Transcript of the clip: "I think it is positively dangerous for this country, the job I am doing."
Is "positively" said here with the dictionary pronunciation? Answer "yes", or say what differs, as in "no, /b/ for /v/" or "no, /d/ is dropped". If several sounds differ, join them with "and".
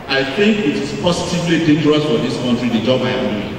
no, /s/ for /z/ and /w/ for /l/